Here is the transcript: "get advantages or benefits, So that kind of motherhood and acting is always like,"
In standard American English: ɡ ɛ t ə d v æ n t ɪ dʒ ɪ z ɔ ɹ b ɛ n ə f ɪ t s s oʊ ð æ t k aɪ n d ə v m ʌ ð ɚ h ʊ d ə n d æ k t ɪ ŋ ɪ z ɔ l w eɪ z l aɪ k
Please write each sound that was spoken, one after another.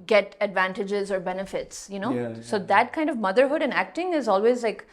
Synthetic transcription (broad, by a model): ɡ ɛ t ə d v æ n t ɪ dʒ ɪ z ɔ ɹ b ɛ n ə f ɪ t s s oʊ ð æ t k aɪ n d ə v m ʌ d ɚ h ʊ d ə n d æ k t ɪ ŋ ɪ z ɔ l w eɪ z l aɪ k